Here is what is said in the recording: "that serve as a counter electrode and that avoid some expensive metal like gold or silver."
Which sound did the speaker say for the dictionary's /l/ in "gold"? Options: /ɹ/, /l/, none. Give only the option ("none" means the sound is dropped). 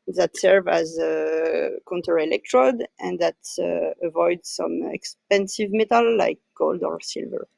/l/